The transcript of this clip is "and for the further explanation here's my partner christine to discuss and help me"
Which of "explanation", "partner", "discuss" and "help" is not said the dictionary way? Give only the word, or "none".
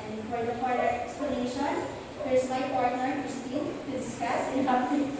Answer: help